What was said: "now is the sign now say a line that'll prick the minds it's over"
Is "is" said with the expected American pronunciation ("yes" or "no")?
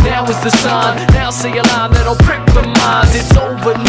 yes